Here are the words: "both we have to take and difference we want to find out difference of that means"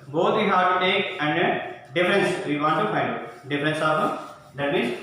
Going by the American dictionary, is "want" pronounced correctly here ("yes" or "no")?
no